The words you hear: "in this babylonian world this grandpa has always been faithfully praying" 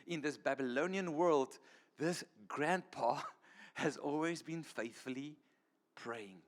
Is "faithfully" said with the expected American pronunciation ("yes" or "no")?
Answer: yes